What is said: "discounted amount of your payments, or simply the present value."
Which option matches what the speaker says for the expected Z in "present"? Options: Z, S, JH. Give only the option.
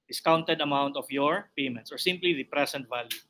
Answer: S